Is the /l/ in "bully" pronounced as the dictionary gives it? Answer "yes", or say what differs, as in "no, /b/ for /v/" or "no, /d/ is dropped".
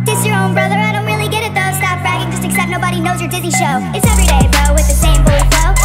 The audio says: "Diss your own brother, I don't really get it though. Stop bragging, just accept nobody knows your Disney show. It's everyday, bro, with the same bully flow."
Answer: no, /l/ is dropped